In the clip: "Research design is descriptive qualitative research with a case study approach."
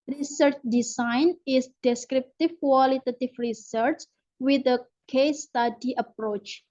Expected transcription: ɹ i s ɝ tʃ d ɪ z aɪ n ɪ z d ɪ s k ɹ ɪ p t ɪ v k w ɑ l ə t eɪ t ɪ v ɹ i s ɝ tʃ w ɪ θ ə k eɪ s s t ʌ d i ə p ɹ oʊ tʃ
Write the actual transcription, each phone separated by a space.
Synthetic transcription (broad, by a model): ɹ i s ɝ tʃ d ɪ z aɪ n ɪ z d ɪ s k ɹ ɪ p t ɪ v k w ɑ l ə t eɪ t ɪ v ɹ i s ɝ tʃ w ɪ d ə k eɪ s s t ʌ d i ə p ɹ oʊ tʃ